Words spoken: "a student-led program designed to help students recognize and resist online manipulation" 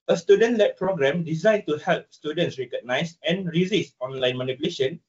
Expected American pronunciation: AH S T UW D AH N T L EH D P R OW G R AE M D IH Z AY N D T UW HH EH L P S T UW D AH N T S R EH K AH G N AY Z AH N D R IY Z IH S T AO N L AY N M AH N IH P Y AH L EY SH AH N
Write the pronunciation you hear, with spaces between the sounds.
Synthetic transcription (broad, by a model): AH S T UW D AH N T L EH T P R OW G R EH M D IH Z AY N T UW HH EH L P S T UW D AH N T S R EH K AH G N AY S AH N R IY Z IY S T AO N L AY N M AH N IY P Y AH L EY SH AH N